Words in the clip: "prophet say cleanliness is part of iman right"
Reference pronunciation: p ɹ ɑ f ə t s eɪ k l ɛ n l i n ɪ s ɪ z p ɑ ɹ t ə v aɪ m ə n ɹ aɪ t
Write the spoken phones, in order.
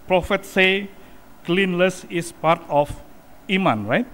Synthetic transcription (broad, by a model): p ɹ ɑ f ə t s eɪ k l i n l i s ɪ s p ɑ ɹ t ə f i m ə n ɹ aɪ t